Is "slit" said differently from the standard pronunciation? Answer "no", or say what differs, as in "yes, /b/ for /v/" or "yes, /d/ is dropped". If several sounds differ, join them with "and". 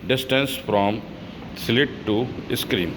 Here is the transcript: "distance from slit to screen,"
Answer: no